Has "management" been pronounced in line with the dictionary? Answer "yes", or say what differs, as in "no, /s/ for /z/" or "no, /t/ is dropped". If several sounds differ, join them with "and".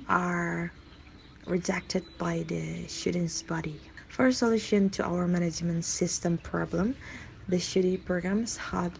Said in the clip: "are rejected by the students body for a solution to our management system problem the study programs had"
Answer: yes